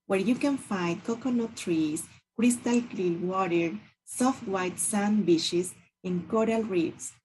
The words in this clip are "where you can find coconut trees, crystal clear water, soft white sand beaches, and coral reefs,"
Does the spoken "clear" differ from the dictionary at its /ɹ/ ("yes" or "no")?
yes